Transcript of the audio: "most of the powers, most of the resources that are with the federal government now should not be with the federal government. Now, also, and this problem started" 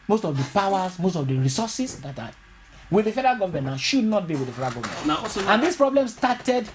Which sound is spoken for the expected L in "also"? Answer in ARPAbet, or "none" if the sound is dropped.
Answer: none